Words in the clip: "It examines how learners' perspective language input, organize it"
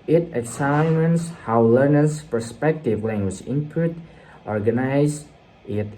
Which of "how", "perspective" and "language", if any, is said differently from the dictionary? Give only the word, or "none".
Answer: none